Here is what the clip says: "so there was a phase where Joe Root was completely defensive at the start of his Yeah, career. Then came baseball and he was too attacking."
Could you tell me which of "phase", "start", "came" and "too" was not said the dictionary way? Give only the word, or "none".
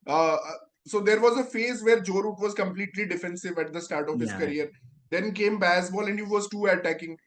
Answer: none